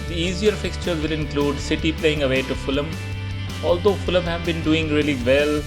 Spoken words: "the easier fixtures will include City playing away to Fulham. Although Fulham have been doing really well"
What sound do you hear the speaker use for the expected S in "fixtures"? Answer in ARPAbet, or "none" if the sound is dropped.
S